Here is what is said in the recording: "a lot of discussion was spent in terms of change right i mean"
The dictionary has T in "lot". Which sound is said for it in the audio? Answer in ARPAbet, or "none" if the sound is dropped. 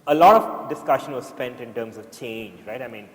T